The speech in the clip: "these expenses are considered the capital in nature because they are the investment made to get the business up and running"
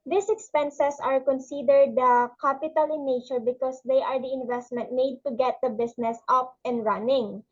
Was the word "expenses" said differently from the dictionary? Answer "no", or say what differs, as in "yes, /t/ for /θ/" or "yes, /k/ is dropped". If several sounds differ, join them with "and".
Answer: yes, /s/ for /z/